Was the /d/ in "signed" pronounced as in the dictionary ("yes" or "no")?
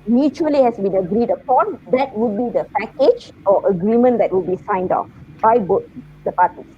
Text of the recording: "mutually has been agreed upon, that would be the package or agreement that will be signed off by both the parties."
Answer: yes